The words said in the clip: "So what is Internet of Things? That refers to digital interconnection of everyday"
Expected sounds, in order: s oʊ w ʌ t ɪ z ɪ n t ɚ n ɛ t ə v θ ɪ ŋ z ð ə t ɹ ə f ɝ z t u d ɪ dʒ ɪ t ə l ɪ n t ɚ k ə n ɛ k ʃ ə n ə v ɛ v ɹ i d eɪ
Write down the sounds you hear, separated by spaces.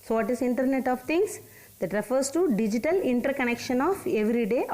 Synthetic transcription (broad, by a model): s oʊ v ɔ t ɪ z ɪ n t ɚ n ɛ t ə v t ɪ ŋ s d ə t ɹ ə f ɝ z t u d ɪ dʒ ɪ t ə l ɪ n t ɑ k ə n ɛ k ʃ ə n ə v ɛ v ɹ i d eɪ